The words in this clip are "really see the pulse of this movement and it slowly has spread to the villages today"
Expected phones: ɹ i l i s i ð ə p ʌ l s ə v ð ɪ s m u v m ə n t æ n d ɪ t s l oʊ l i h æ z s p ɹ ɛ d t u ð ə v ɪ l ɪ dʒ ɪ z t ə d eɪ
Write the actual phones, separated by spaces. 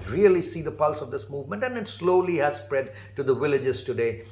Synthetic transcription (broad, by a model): ɹ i l i s i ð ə p ʌ l s ə v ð ɪ s m u v m ə n t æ n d ɪ t s l oʊ l i h æ z s p ɹ ɛ d t u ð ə v ɪ l ɪ dʒ ɪ z t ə d eɪ